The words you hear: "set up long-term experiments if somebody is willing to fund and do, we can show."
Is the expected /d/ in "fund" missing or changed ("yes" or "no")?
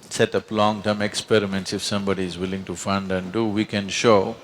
no